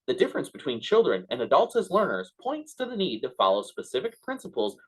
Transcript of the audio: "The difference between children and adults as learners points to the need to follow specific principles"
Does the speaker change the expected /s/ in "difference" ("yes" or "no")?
no